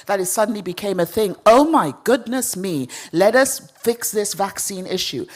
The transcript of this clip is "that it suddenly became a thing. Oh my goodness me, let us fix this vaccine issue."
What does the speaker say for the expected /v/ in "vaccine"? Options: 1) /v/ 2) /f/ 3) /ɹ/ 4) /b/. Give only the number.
1